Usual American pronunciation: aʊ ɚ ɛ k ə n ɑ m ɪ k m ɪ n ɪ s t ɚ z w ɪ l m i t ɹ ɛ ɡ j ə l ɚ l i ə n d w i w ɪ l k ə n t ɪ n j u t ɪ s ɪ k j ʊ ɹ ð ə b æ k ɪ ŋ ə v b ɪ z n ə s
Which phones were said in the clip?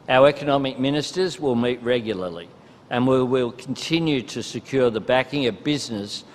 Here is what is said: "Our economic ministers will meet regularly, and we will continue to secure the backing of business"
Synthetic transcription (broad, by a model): aʊ ɚ ɛ k ə n ɑ m ɪ k m ɪ n ɪ s t ɚ z w ɪ l m i t ɹ ɛ ɡ j l ɚ l i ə n w i w ɪ l k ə n t ɪ n j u t ɪ s ɪ k j ʊ ɹ ð ə b æ k ɪ ŋ ə v b ɪ z n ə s